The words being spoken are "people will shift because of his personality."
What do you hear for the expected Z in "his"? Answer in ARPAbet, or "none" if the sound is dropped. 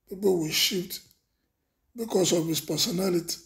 S